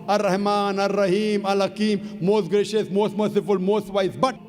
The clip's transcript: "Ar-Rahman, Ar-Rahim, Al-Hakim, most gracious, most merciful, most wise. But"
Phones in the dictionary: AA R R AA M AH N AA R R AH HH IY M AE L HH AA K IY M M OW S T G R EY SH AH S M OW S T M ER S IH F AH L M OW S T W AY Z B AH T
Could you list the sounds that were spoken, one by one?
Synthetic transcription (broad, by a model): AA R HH M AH N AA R R AH HH IY M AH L HH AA K IY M M OW S T G R EY SH AH S M OW S T M ER S IH F AH L M OW S T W AY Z B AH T